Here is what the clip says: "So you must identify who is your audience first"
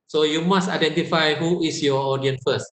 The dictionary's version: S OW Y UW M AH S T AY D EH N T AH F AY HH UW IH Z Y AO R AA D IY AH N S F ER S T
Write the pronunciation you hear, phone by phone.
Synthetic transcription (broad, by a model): S OW Y UW M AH S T AY D EH N T AH F AY HH UW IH S Y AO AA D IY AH N F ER S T